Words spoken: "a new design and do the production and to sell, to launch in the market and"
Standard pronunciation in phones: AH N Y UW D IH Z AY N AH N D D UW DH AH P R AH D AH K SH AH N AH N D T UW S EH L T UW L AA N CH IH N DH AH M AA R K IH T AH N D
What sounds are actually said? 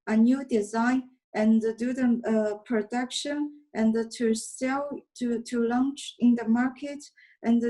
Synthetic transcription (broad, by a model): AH N Y UW D IH Z AY N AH N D D UW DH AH P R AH D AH K SH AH N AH N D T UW S EH L T UW L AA N CH IH N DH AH M AA R K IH T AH N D